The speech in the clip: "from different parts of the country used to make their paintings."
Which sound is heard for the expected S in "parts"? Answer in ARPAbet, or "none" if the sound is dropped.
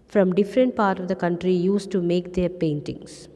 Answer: none